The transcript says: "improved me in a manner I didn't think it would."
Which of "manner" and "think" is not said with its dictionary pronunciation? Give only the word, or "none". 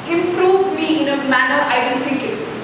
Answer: think